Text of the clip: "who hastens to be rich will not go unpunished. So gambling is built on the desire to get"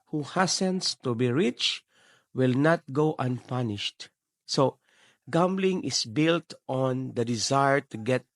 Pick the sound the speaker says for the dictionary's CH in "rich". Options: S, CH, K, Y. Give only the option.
CH